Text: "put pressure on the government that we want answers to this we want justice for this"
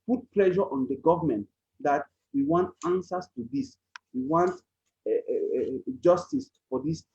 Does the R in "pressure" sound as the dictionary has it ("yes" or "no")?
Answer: no